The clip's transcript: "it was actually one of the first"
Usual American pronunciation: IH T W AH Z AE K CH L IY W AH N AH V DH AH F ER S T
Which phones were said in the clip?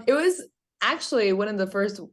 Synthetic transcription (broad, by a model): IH T W AH Z AE K CH L IY W AH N AH V DH AH F ER S T